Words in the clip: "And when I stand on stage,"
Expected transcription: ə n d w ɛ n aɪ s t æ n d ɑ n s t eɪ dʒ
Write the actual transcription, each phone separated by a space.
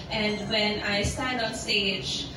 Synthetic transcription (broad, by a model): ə n d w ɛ n aɪ s t æ n d ɑ n s t eɪ dʒ